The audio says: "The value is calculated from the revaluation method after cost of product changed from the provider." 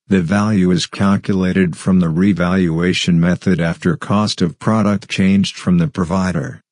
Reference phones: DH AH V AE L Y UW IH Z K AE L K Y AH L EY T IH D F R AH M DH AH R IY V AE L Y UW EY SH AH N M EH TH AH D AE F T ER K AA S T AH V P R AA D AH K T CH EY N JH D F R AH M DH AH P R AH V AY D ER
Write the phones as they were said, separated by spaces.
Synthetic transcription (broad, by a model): DH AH V AE L Y UW IH Z K AE L K Y AH L EY T IH D F R AH M DH AH R IY V AE L Y UW EY SH AH N M EH TH AH D AE F T ER K AA S T AH V P R AA D AH K T CH EY N JH D F R AH M DH AH P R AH V AY D ER